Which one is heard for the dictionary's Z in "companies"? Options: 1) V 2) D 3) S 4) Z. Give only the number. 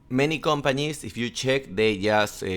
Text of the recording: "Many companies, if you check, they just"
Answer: 3